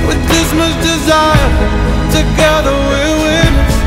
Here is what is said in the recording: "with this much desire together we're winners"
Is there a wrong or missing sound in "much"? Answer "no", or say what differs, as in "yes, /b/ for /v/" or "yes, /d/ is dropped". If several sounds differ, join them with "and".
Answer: yes, /s/ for /tʃ/